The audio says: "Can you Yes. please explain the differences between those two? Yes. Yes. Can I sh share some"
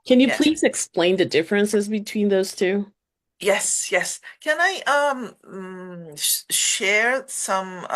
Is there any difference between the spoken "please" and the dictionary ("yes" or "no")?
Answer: no